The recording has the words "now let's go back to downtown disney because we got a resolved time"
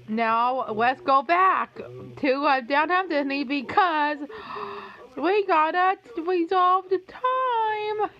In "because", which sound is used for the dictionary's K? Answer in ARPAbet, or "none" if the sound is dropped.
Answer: K